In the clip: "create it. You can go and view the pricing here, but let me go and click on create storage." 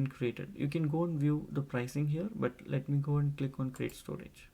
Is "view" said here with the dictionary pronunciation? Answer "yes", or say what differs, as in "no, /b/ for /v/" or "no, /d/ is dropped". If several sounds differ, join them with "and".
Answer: yes